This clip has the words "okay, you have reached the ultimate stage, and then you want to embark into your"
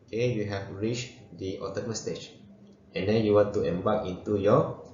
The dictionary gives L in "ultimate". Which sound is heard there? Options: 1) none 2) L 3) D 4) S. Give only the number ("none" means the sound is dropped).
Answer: 1